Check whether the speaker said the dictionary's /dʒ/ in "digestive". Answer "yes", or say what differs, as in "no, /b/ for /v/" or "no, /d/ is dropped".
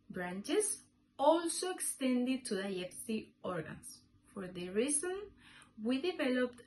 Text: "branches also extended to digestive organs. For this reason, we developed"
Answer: no, /dʒ/ is dropped